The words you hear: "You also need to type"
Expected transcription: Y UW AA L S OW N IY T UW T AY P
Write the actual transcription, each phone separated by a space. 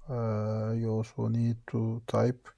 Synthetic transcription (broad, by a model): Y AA S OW N IY T UW T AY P